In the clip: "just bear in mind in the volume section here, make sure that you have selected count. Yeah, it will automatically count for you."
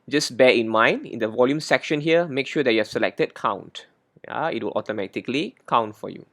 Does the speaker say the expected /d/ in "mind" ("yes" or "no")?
yes